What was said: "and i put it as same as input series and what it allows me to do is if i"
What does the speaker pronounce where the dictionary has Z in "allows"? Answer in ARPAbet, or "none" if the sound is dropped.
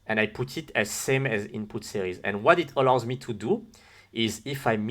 Z